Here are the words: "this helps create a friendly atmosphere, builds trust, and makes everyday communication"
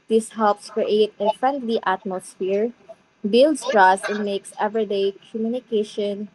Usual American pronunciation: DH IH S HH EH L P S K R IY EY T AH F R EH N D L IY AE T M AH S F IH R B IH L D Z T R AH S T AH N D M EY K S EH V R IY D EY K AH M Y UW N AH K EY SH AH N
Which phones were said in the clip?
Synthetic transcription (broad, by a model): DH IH S HH EH L P S K R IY EY T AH F R EH N D L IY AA T M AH S F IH R B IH L D S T R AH S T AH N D M EY K S EH V R IY D EY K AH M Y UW N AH K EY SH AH N